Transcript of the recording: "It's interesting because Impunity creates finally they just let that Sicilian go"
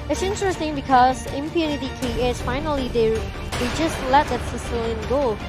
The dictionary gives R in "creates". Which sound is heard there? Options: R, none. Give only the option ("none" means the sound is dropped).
none